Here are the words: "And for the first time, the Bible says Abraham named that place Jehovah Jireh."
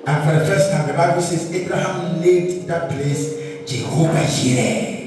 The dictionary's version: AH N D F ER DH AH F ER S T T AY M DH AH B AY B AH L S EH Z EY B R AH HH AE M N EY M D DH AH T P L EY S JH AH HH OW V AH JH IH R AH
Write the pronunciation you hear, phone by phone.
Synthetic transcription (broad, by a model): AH N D F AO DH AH F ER S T T AY M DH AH B AY B AH L S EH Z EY B R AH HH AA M L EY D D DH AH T P L EY S JH AH HH OW V AH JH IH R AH